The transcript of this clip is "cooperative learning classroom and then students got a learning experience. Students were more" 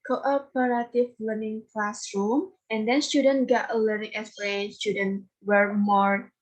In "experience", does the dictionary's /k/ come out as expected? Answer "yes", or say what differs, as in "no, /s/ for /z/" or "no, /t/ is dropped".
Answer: no, /k/ is dropped